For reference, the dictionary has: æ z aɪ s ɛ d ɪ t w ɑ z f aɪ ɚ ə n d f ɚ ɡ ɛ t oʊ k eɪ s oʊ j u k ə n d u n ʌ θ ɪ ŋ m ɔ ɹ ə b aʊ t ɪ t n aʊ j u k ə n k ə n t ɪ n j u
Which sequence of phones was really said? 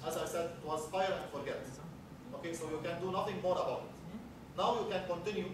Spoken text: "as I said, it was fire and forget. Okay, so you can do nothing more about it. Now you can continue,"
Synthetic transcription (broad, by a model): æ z aɪ s ɛ d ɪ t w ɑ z f aɪ ɚ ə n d f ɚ ɡ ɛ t oʊ k eɪ s oʊ j u k ə n d u n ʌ t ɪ ŋ m ɔ ɹ ə b aʊ t ɪ t n aʊ j u k ə n k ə n t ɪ n j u